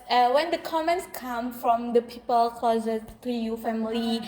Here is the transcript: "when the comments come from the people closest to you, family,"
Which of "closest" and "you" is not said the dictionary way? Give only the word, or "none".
closest